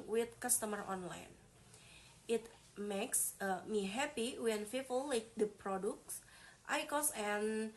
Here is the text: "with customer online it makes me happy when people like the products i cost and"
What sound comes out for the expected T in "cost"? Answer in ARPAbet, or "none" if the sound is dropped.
none